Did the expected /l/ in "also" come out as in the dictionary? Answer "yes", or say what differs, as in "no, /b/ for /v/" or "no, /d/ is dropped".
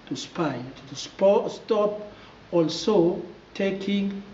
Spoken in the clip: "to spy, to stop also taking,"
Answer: yes